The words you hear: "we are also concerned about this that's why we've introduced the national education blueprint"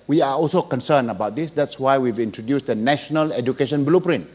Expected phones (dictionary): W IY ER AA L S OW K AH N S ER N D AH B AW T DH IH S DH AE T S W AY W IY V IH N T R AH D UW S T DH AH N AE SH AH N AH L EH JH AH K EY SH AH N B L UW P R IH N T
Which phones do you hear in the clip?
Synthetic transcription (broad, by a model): W IY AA AA L S OW K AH N S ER N AH B AW T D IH S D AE T S W AY W IY V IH N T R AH D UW S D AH N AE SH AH N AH L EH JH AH K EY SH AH N B L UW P R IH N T